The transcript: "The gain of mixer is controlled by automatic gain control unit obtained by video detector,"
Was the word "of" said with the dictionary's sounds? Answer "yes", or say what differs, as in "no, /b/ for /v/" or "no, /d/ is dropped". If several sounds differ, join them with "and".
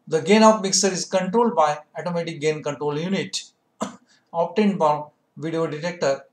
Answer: no, /p/ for /v/